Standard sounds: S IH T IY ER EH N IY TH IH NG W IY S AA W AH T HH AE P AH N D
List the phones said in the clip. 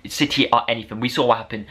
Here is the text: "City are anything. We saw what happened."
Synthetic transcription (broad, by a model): S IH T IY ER EH N IY TH IH NG W IY S AA W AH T HH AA P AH N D